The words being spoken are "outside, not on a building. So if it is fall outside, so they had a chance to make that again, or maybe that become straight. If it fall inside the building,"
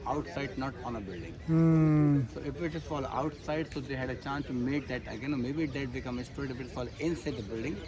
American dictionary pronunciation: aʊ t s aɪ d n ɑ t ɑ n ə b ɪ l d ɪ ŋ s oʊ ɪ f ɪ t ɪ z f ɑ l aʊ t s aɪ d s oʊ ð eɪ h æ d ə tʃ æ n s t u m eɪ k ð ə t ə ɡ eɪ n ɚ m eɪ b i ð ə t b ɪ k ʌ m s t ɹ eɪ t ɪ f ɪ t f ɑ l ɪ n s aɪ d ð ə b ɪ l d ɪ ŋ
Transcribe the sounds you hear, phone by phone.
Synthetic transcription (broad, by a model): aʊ t s aɪ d n ɑ t ɑ n ə b ɪ l d ɪ ŋ s oʊ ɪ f ɪ t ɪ s f ɑ l aʊ t s aɪ d s oʊ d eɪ h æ d ə tʃ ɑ n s t u m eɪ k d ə t ə ɡ eɪ n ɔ m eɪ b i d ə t b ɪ k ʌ m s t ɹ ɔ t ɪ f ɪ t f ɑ l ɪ n s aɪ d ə b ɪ l d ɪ ŋ